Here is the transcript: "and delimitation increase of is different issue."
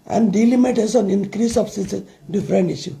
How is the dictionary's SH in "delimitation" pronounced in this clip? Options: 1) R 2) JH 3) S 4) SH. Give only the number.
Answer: 3